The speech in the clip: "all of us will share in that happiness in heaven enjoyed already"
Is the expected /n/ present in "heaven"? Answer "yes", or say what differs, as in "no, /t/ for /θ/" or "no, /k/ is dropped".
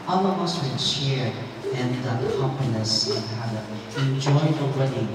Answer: no, /n/ is dropped